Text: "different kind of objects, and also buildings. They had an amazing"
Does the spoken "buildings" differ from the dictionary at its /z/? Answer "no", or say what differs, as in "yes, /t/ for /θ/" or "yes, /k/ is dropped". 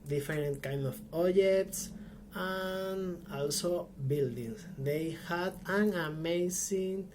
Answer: yes, /s/ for /z/